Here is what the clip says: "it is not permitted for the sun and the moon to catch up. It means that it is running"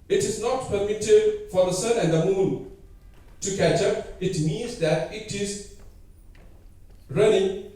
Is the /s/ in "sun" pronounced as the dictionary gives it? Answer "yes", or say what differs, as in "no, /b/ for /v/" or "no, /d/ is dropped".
yes